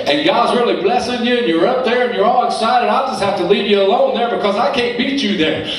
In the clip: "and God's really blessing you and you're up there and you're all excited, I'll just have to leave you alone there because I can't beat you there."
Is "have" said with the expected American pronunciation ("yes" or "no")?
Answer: no